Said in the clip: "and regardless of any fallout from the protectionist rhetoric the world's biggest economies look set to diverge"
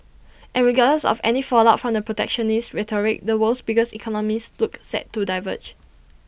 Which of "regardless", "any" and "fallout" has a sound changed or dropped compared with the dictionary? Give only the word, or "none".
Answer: regardless